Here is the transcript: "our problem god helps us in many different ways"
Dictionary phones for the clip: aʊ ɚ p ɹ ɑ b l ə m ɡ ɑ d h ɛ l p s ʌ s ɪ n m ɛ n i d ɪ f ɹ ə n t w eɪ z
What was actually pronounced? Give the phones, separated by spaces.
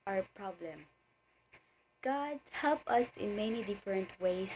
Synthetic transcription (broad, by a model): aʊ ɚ p ɹ ɑ b l ə m ɡ ɑ d h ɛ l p ʌ s ɪ n m ɛ n i d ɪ f ɹ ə n t w eɪ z